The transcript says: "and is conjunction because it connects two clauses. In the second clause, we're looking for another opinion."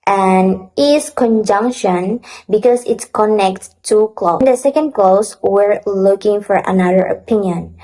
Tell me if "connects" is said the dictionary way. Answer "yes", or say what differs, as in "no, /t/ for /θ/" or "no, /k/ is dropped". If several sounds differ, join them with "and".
no, /s/ is dropped